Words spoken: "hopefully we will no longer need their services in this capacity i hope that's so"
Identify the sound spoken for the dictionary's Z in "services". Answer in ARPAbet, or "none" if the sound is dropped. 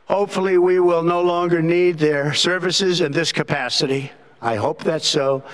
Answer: Z